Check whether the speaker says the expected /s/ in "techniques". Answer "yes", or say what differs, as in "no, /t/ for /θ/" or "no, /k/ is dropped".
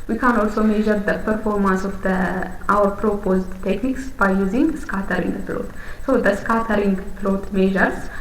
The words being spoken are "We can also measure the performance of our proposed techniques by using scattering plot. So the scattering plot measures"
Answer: yes